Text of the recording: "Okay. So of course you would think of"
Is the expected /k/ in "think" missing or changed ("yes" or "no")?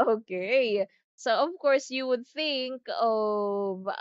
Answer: no